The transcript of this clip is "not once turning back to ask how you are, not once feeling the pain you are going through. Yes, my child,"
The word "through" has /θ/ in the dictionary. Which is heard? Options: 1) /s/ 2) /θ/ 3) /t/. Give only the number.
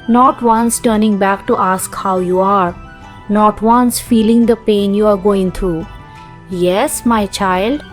3